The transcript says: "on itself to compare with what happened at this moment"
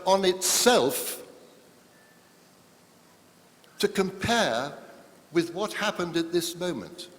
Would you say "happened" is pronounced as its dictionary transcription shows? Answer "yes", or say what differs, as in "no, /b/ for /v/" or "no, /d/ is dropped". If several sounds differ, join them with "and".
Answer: yes